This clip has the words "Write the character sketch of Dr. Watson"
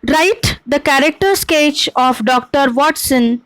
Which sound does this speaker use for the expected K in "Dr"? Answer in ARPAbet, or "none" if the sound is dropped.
K